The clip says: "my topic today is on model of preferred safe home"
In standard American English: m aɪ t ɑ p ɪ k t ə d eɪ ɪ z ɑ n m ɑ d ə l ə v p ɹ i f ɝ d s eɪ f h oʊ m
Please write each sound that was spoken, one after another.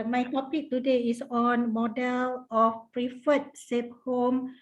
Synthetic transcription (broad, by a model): m aɪ t ɑ p ɪ k t ə d eɪ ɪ s ɑ n m ɑ d ə l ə f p ɹ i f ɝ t s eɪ p h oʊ m